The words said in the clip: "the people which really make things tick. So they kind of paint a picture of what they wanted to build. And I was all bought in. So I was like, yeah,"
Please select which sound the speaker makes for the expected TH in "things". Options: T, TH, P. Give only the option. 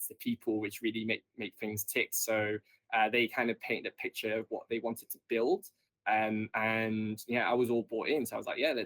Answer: TH